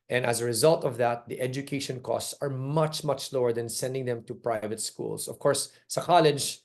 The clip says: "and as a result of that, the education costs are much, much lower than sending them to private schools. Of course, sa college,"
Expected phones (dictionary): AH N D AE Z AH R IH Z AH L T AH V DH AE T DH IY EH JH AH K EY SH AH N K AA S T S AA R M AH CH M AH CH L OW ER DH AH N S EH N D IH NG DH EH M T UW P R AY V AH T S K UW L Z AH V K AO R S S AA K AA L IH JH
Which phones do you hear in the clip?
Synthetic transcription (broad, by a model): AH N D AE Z AH R IH Z AH L T AH V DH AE T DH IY EH JH AH K EY SH AH N K AA S T S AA R M AH CH M AH CH L OW ER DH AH N S EH N D IH NG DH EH M T UW P R AY V AH T S K UW L S AH V K AO R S S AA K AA L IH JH